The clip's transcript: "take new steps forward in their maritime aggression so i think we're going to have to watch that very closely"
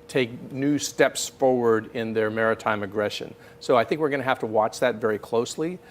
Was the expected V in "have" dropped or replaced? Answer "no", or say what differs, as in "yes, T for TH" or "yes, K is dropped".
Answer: yes, F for V